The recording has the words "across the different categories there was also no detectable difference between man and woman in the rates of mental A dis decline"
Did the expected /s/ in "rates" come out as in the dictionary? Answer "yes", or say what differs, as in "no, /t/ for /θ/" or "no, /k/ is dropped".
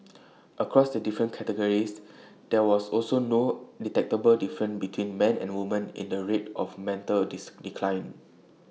no, /s/ is dropped